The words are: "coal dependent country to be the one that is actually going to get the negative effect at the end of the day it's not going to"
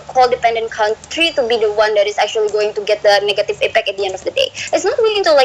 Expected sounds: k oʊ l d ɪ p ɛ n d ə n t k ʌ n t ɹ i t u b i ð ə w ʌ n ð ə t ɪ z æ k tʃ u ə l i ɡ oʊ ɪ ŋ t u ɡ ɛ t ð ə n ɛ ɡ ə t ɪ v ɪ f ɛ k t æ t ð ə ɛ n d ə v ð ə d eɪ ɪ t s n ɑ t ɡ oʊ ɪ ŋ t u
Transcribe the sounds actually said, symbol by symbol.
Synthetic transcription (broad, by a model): k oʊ l d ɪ p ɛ n d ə n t k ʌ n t ɹ i t u b i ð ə w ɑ n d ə t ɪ s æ k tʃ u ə l i ɡ oʊ ɪ ŋ t u ɡ ɛ t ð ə n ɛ ɡ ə t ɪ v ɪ p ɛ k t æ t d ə ɛ n d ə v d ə d eɪ ɪ t s n ɑ t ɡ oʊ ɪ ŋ t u